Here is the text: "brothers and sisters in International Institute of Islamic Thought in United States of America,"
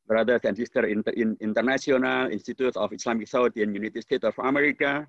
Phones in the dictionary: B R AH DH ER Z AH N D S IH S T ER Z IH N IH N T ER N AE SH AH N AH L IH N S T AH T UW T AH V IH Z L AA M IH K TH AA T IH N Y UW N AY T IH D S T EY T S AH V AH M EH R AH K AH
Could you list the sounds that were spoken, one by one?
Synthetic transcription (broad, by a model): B R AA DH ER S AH N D S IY S T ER IH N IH N T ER N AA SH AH N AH L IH N S T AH T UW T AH F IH S L AA M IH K S AA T IH N Y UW N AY T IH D S T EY T AH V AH M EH R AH K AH